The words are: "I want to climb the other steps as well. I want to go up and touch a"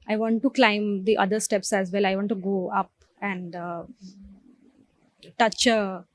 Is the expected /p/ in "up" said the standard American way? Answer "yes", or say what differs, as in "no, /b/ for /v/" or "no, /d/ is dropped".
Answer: yes